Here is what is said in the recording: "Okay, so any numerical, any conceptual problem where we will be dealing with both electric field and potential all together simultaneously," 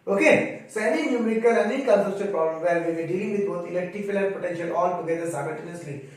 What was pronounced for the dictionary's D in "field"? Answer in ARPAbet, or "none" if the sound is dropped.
none